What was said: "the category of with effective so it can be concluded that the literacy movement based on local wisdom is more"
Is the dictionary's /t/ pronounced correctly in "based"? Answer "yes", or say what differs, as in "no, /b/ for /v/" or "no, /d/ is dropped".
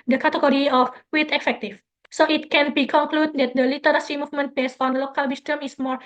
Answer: no, /t/ is dropped